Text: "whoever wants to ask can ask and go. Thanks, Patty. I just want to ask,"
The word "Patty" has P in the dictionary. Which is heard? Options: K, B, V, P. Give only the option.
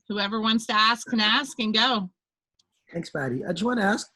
B